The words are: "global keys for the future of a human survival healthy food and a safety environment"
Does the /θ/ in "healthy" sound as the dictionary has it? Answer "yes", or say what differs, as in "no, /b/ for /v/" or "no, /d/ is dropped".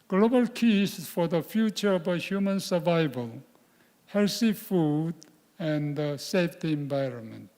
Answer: no, /s/ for /θ/